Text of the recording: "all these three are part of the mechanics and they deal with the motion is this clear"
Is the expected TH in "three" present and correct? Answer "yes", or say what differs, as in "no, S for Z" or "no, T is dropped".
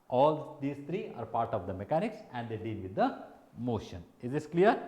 no, T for TH